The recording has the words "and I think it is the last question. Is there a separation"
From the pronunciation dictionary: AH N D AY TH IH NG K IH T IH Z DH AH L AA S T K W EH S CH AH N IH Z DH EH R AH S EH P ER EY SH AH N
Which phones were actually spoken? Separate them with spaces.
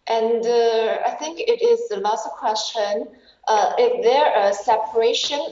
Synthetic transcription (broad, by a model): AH N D AY TH IH NG K IH T IH Z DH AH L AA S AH K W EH S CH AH N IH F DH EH R AH S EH P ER EY SH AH N